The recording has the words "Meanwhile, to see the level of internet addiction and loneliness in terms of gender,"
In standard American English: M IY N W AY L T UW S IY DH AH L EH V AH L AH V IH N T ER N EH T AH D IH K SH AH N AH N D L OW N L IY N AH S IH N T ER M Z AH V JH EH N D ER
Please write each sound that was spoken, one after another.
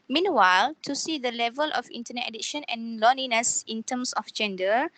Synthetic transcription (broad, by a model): M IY N W AY L T UW S IY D AH L EH V AH L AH F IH N T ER N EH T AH D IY SH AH N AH N L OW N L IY N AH S IH N T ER M S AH F JH EH N D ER